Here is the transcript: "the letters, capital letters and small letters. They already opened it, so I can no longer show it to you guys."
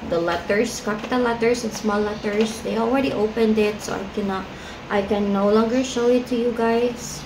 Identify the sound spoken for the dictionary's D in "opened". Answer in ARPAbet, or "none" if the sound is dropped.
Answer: D